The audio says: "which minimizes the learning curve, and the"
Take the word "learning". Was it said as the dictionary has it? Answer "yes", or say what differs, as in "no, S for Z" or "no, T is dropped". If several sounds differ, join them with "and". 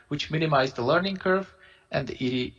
yes